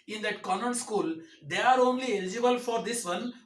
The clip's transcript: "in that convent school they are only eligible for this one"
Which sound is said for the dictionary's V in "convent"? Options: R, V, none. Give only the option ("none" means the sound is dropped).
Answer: none